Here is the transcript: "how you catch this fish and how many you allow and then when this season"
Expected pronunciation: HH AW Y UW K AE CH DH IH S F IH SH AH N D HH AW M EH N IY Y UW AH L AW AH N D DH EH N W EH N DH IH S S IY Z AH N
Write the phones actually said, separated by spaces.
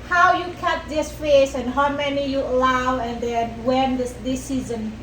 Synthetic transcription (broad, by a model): HH AW Y UW K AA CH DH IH S F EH S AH N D HH AW M EH N IY Y UW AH L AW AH N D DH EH N W EH N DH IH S S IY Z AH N